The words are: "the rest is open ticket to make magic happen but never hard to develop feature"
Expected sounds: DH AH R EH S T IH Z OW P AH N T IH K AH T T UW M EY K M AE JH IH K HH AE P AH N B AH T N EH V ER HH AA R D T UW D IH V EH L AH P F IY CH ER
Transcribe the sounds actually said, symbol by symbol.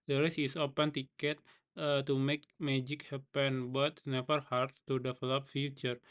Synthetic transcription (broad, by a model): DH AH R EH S IH S OW P AH N T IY K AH T T UW M EY K M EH JH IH K HH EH P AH N B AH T N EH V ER HH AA R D T UW D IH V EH L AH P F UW CH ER